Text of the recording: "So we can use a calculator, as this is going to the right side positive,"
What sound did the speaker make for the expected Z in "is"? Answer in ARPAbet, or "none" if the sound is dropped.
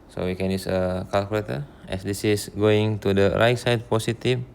S